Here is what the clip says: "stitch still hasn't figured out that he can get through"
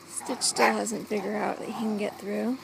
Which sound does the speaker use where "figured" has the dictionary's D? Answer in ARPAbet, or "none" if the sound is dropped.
none